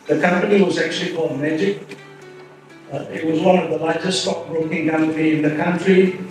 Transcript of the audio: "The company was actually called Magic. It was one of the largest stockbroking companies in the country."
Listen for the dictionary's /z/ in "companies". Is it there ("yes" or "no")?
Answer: no